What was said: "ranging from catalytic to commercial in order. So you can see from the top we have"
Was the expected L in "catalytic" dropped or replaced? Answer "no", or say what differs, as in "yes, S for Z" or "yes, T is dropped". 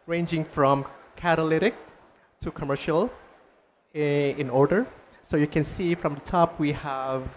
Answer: no